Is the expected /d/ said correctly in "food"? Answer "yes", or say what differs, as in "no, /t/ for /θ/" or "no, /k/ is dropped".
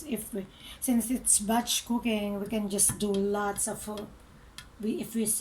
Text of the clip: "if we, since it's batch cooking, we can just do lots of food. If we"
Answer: no, /d/ is dropped